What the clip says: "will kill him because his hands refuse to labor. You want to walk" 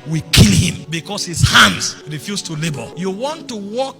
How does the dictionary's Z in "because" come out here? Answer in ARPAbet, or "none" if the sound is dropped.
S